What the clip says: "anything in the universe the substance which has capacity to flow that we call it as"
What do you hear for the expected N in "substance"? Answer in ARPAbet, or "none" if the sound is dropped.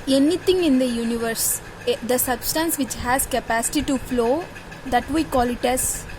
N